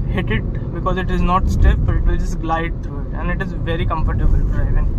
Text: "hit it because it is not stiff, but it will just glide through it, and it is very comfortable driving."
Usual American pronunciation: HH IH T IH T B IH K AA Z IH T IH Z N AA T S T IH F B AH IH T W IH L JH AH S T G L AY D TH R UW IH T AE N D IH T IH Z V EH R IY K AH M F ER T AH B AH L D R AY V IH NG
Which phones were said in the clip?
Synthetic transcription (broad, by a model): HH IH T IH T B IH K AA Z IH T IH Z N AA T S T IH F IH T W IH L JH AH S T G L AY D T R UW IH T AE N D IH T IH Z V EH R IY K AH M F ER T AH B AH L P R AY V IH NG